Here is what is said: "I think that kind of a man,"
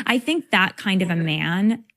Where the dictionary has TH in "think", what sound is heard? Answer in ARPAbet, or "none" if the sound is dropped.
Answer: TH